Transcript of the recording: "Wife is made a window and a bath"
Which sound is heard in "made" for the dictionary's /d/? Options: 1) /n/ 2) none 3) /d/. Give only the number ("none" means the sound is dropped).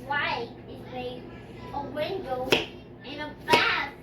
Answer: 2